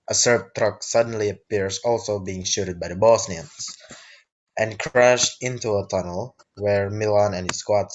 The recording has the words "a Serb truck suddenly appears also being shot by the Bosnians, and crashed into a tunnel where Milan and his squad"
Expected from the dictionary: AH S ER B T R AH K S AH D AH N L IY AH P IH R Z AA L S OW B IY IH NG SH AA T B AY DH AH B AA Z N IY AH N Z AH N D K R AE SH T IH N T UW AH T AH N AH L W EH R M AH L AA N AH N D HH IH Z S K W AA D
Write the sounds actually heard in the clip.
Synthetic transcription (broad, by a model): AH S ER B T R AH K S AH D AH N L IY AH P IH R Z AA L S OW B IY IH NG SH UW T B AY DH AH B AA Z N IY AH N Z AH N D K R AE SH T IH N T UW AH T AH N AH L W EH R M AH L AA N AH N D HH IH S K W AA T